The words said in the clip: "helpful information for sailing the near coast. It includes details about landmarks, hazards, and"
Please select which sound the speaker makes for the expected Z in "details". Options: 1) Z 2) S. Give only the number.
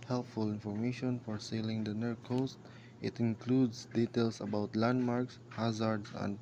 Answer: 2